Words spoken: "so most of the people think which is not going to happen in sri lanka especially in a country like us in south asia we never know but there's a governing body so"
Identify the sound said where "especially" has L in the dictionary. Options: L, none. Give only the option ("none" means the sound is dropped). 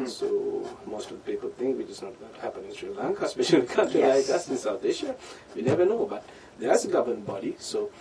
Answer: none